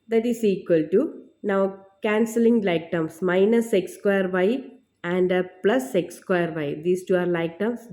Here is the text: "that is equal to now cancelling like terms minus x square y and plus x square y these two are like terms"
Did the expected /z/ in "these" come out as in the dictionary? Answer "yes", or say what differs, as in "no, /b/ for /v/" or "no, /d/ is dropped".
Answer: no, /s/ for /z/